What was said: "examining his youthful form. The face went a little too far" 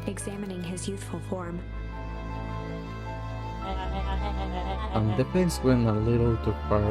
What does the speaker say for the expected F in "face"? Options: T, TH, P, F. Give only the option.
P